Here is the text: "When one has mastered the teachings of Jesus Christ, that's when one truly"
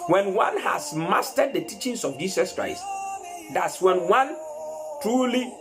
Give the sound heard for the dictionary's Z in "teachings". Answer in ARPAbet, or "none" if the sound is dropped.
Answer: S